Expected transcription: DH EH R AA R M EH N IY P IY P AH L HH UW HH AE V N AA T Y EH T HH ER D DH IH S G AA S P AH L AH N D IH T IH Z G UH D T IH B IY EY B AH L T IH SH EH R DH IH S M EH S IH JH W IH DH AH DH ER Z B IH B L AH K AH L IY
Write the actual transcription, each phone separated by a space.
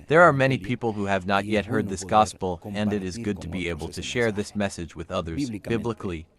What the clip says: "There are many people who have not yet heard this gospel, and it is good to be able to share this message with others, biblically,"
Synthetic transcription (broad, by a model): DH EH R AA R M EH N IY P IY P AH L HH UW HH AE V N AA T Y EH T HH ER D DH IH S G AA S P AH L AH N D IH T IH Z G UH D T IH B IY EY B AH L T IH SH EH R DH IH S M EH S IH JH W IH DH AH DH ER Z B IH B L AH K L IY